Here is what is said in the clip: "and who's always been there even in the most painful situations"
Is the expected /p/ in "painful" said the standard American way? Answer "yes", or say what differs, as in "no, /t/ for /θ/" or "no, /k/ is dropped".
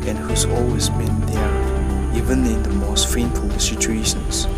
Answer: no, /f/ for /p/